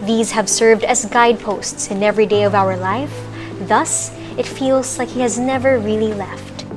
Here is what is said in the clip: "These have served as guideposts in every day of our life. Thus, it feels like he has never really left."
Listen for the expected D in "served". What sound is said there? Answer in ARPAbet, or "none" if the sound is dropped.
D